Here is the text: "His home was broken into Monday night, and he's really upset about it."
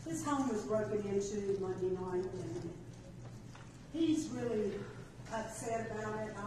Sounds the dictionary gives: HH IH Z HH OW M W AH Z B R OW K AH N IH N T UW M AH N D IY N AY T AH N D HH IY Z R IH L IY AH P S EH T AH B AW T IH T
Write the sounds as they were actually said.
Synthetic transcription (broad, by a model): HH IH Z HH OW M W AH Z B R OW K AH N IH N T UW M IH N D IY N AY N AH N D HH IY Z R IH L IY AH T S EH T AH B AW T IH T